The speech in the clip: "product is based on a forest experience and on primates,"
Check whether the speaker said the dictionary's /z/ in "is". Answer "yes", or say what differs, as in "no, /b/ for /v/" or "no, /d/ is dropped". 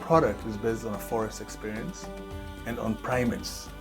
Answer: yes